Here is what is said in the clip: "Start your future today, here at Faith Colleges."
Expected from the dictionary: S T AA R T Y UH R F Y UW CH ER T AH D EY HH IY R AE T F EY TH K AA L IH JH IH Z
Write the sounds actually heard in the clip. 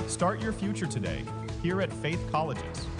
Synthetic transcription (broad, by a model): S T AA R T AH R F Y UW CH ER T AH D EY HH IY R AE T F EY TH K AA L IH JH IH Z